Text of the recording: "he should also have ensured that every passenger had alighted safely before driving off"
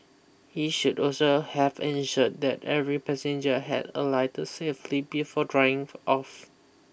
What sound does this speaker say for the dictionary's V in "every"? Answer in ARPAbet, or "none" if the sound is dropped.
V